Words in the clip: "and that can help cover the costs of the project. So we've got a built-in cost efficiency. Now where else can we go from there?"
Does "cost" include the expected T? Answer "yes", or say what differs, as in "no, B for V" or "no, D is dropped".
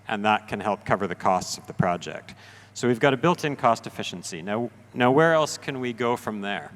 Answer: yes